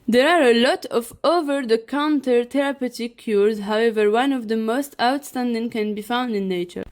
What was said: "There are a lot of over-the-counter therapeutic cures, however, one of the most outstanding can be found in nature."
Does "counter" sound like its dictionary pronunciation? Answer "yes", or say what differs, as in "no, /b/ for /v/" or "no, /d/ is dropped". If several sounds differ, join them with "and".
yes